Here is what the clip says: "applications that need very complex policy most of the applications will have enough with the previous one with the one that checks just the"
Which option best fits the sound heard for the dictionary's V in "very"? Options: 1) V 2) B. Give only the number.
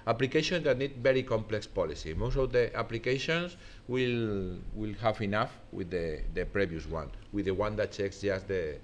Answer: 2